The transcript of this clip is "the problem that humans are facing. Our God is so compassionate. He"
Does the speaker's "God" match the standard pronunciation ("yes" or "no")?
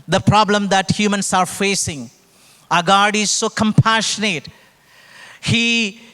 yes